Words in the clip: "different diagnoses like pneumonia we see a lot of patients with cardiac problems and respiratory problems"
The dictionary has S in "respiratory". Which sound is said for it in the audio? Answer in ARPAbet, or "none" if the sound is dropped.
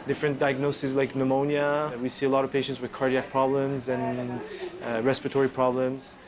S